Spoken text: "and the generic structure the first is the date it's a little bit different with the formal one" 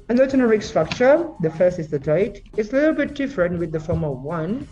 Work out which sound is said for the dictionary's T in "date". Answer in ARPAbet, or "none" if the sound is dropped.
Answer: none